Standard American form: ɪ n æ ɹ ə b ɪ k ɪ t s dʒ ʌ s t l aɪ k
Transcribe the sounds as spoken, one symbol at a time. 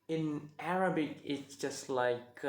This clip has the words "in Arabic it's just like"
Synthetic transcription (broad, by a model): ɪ n æ ɹ ə b ɪ k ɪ t s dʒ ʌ s t l aɪ k